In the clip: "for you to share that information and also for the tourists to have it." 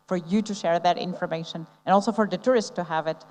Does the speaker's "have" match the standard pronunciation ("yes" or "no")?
yes